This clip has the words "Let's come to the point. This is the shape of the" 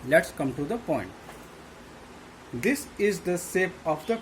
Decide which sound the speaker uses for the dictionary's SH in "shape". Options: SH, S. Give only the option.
S